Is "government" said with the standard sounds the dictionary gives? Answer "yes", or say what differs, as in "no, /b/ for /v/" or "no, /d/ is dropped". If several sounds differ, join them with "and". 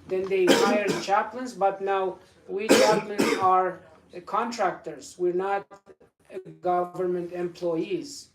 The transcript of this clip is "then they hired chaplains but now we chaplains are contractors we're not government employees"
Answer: yes